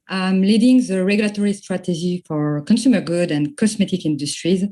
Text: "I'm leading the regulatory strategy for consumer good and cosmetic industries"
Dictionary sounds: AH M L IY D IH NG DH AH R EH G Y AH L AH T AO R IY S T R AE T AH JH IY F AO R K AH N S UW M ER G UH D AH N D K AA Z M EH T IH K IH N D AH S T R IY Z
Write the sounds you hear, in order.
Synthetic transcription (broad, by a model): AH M L IY D IH NG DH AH R EH G Y AH L AH T AO R IY S T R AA T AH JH IY F AO R K AH N S UW M ER G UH D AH N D K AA S M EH T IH K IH N D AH S T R IY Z